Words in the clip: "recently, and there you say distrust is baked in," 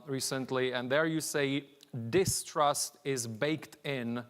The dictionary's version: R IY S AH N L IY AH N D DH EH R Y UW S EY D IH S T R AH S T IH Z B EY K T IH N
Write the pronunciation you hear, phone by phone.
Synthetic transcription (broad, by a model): R IY S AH N L IY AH N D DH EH R Y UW S EY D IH S T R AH S T IH Z B EY K T IH N